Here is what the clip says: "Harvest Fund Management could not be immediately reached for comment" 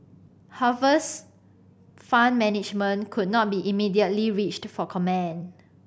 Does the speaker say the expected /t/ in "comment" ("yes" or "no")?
no